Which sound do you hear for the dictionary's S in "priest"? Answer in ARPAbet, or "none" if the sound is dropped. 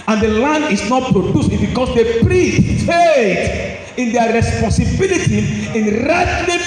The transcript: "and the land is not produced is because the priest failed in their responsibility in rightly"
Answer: none